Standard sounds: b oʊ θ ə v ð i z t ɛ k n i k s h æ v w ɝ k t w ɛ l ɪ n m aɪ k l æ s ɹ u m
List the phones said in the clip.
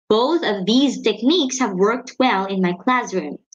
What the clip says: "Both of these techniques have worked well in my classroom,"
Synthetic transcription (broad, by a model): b oʊ θ ə v ð i z t ɛ k n i k s h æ v w ɝ k t w ɛ l ɪ n m aɪ k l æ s ɹ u m